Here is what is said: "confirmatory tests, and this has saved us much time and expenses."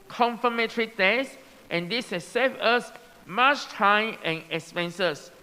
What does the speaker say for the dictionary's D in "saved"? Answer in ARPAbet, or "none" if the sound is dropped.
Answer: none